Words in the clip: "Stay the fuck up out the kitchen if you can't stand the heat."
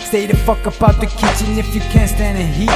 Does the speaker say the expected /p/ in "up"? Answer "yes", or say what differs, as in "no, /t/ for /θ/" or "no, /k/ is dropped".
no, /b/ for /p/